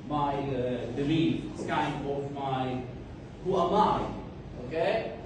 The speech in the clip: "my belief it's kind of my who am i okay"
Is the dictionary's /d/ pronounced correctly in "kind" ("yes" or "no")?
no